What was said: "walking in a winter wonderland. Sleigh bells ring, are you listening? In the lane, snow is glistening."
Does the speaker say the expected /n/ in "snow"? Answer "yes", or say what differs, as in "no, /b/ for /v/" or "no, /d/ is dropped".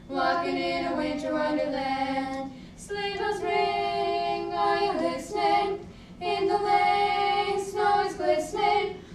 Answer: yes